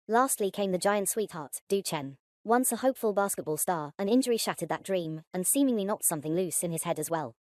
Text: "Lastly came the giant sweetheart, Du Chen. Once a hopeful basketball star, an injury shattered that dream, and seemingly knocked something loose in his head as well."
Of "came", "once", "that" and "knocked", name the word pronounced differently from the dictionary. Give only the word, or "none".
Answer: knocked